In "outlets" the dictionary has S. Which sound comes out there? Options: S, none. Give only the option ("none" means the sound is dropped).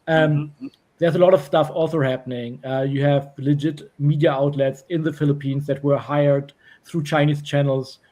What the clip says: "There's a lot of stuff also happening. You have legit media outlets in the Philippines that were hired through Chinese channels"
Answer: S